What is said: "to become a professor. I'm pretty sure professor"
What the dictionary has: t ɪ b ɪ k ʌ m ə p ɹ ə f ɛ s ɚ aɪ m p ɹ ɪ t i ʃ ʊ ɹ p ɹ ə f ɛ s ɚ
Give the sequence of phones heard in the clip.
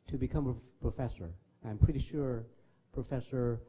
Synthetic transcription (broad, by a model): t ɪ b ɪ k ʌ m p p ɹ ə f ɛ s ɚ aɪ m p ɹ ɪ t i ʃ ʊ ɹ p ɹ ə f ɛ s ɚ